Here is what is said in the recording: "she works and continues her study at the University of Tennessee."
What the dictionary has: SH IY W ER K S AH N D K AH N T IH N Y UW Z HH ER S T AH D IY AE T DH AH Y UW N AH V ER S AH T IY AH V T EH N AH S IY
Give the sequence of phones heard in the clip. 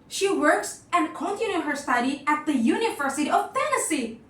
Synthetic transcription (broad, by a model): SH IY W ER K S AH N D K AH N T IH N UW HH ER S T AH D IY AE T DH AH Y UW N AH V ER S AH T IY AH V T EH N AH S IY